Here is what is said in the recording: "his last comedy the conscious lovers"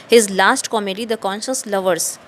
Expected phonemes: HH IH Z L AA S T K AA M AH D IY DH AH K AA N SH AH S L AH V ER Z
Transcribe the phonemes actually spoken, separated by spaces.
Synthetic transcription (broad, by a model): HH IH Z L AA S T K AA M AH D IY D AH K AA N SH AH S L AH V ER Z